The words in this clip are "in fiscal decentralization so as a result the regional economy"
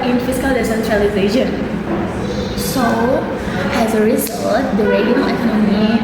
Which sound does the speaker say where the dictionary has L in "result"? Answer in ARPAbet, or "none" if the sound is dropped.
none